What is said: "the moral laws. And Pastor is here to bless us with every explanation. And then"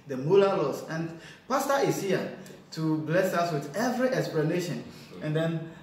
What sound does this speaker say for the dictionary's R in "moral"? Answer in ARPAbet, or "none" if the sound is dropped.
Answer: L